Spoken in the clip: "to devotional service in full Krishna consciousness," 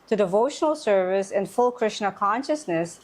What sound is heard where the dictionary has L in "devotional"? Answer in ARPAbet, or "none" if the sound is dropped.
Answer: L